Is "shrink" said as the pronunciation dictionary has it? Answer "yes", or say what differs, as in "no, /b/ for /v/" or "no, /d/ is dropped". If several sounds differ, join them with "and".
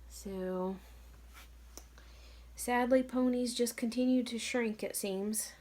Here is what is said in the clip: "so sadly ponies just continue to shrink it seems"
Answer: yes